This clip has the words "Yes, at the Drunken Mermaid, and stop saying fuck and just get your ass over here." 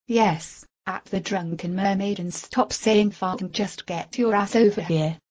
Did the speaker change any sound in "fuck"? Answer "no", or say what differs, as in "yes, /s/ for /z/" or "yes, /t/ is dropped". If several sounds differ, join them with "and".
yes, /k/ is dropped